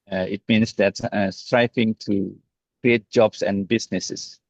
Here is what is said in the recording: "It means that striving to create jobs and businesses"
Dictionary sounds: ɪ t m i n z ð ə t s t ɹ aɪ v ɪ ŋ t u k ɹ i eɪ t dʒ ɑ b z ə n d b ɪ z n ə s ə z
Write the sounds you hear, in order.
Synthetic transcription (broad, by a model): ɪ t m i n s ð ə t s t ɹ aɪ f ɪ ŋ t u k ɹ i eɪ t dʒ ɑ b s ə n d b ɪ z n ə s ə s